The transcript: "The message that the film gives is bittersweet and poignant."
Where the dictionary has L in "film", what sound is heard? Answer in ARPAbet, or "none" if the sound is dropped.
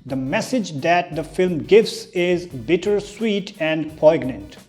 L